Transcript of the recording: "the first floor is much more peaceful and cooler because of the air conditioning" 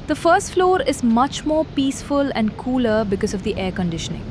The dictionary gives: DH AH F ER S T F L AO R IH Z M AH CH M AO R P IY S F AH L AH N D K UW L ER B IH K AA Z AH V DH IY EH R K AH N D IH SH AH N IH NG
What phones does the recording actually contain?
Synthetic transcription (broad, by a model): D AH F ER S T F L AO R IH Z M AH CH M AO R P IY S F AH L AH N D K UW L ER B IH K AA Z AH V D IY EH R K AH N D IH SH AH N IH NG